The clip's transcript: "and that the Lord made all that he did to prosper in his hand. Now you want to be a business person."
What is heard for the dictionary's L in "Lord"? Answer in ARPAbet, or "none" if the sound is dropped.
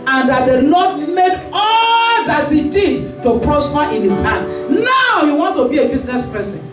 N